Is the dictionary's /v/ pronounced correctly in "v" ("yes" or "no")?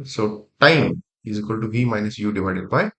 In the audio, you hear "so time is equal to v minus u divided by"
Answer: no